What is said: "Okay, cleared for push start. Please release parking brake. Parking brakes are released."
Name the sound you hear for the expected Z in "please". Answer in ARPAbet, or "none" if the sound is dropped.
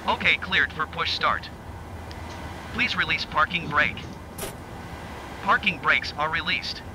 Z